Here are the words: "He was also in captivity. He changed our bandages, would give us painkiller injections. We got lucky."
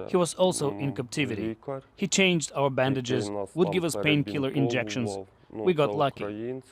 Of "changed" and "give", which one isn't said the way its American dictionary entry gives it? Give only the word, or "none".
none